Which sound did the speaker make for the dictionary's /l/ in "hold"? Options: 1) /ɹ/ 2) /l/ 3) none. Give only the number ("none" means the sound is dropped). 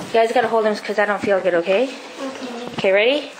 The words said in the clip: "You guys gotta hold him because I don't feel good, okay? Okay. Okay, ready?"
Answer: 2